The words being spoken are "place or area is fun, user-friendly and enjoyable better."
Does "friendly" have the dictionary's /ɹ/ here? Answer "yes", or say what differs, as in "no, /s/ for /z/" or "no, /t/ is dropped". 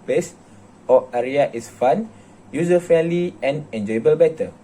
no, /ɹ/ is dropped